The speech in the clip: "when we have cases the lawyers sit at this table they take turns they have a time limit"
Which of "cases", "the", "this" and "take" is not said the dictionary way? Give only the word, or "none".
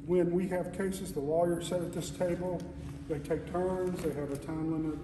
none